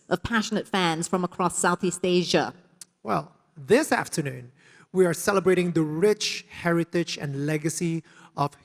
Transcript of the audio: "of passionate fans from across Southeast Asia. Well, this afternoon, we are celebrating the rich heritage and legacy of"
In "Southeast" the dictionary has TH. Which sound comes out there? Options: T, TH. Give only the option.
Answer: TH